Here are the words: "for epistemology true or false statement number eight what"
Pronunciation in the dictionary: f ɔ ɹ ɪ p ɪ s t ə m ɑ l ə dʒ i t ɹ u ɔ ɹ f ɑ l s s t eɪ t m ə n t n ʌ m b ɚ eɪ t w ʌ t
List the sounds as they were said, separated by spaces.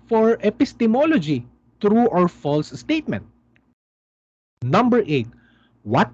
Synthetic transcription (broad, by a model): f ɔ ɹ ɪ p ɪ s t ə m ɑ l ə dʒ i t ɹ u ɔ ɹ f ɑ l s s t eɪ t m ə n t n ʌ m b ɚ eɪ t w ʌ t